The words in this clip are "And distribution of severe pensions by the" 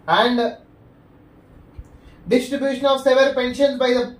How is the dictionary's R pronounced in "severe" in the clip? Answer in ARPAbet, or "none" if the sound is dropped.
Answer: L